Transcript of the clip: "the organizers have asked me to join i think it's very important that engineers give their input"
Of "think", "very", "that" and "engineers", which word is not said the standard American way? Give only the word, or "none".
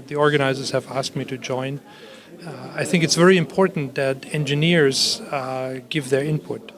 none